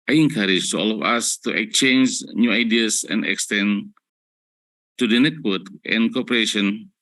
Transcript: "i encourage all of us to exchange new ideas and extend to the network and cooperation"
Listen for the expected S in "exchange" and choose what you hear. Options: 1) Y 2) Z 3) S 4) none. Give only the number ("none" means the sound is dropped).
4